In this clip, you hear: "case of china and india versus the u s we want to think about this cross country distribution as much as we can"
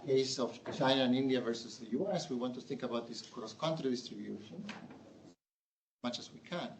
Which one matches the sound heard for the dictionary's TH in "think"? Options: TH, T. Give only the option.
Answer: TH